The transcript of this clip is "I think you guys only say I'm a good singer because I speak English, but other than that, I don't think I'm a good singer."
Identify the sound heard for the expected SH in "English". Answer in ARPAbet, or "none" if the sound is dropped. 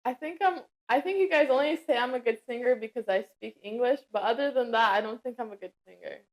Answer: SH